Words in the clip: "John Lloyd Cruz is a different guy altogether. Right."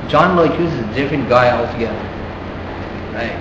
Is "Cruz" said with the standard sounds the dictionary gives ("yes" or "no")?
no